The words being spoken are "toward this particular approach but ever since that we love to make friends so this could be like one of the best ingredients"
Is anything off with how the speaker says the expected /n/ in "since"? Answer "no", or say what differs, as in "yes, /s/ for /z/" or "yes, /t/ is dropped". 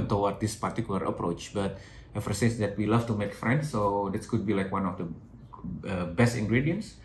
yes, /n/ is dropped